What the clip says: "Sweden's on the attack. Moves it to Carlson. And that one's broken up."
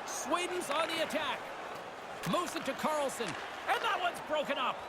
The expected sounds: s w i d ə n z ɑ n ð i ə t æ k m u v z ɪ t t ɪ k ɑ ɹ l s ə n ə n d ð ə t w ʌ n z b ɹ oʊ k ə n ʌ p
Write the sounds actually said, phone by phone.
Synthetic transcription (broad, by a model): s w i d n z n ð i ə t æ k m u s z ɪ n t ɪ k ɑ ɹ l s ə n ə n ð ə t w ʌ n z b ɹ oʊ k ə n ʌ p